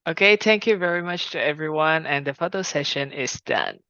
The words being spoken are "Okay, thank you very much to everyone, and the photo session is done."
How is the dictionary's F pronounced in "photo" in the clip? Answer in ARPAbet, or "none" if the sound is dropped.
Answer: F